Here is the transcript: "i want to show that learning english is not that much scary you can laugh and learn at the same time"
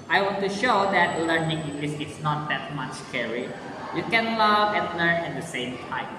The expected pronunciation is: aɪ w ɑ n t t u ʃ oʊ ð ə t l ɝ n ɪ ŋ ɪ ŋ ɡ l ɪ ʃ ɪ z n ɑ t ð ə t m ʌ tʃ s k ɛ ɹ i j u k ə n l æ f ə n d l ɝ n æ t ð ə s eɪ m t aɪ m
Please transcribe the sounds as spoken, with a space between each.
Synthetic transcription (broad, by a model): aɪ w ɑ n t t u ʃ oʊ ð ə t l ɝ n ɪ ŋ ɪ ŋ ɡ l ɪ s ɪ s n ɑ t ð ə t m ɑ tʃ k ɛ ɹ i j u k ə n l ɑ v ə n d l ɝ n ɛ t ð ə s eɪ m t aɪ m